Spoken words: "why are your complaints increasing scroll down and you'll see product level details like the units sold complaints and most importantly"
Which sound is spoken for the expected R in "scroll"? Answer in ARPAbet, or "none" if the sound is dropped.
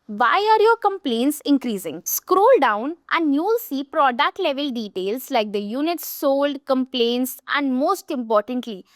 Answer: R